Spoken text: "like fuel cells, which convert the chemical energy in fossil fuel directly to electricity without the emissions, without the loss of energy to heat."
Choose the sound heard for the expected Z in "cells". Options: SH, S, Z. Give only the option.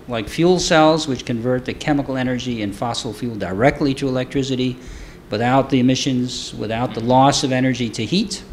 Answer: Z